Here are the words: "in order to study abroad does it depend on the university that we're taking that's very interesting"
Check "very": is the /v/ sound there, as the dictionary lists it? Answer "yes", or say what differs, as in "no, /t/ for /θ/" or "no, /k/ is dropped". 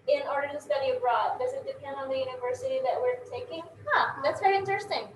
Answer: yes